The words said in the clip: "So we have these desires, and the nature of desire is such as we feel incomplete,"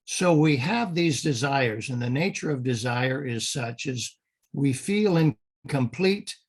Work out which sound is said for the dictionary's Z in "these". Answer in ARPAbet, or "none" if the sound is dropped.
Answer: Z